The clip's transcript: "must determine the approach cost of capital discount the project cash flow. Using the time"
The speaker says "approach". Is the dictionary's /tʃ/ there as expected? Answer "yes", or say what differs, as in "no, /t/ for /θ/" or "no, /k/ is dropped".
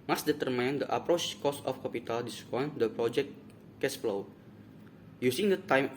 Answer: yes